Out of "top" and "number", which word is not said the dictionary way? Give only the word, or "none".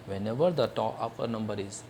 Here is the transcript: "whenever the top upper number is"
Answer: top